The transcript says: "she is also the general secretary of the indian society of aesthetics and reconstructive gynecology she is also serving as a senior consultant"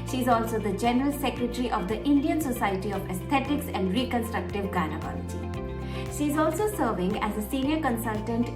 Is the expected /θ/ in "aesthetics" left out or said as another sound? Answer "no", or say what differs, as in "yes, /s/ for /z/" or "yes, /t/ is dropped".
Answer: yes, /t/ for /θ/